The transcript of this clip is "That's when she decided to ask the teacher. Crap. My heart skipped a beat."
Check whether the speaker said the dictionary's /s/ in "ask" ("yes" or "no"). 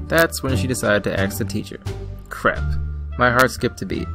no